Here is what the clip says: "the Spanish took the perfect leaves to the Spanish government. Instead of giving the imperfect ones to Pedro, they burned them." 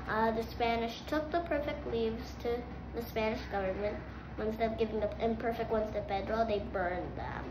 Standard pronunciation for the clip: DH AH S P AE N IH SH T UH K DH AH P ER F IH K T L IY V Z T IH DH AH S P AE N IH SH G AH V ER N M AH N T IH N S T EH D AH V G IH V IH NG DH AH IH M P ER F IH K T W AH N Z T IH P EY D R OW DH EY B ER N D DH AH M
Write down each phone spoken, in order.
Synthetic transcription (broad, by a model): DH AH S P AE N IH SH T UH K DH AH P ER F IH K T L IY V Z T IH DH AH S P AE N IH SH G AH V ER N M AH N T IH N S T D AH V G IH V IH NG DH AH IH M P ER F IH K T W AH N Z T IH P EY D R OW DH EY B ER N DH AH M